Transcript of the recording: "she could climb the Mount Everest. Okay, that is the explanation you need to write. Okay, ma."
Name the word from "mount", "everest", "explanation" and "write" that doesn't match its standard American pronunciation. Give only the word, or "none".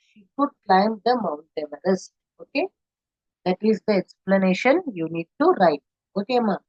everest